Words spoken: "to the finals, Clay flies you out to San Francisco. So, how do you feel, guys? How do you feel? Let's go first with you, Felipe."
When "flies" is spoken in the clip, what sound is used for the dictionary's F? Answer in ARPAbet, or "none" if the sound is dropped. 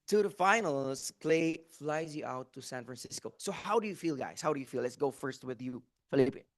F